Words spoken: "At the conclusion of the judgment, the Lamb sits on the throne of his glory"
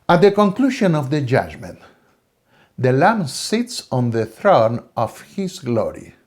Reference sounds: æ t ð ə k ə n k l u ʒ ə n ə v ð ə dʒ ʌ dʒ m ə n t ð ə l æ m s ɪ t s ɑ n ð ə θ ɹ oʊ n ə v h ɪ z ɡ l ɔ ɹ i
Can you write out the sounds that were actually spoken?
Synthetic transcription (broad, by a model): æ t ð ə k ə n k l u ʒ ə n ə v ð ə dʒ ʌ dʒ m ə n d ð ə l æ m s ɪ t s ɑ n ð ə θ ɹ oʊ n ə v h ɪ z ɡ l ɔ ɹ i